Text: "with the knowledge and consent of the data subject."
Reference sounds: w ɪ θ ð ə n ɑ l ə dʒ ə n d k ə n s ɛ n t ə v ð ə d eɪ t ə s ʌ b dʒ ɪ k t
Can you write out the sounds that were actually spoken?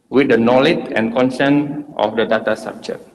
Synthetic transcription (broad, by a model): w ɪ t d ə n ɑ l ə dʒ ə n k ə n s ɛ n t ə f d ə d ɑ t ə s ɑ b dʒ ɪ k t